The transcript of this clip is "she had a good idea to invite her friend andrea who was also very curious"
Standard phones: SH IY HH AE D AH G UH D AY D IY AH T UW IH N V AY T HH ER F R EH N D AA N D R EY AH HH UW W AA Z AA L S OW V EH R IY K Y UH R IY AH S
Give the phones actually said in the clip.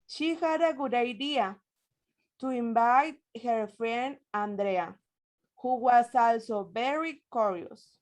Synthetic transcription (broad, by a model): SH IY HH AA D AH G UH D AY D IY AH T UW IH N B AY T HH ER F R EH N AA N D R EY AH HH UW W AA S AA L S OW B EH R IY K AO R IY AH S